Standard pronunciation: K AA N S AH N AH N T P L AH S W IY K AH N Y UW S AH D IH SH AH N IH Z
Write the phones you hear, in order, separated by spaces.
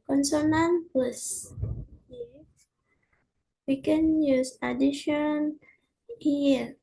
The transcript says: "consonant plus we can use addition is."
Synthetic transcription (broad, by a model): K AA N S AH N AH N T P AH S W IY K AH N Y UW S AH D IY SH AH N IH